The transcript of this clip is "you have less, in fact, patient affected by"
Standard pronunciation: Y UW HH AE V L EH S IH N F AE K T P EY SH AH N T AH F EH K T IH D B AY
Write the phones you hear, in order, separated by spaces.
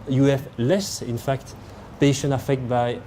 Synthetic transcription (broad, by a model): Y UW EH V L EH S IH N F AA K T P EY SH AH N AH F EH K T B AY